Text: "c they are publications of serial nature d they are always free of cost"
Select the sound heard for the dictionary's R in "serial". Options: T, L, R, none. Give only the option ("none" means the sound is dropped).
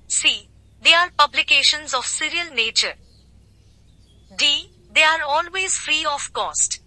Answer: R